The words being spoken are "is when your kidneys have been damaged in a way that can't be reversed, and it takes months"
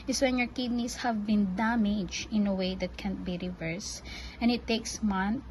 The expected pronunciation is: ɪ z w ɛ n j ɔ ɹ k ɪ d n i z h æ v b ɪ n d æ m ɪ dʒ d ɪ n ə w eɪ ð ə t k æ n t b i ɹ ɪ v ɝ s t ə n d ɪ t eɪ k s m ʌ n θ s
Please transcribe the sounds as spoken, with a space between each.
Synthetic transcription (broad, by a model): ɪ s w ɛ n j ɔ ɹ k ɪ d n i s h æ v b ɪ n d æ m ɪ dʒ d ɪ n ə w eɪ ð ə t k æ n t b i ɹ ɪ v ɝ s t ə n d ɪ t eɪ k s m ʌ n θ